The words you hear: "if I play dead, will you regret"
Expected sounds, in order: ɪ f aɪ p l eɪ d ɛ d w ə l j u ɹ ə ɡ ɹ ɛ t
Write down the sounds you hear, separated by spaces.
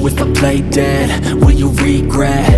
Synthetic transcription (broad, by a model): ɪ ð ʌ p l eɪ d ɛ d w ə n j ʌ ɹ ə ɡ ɹ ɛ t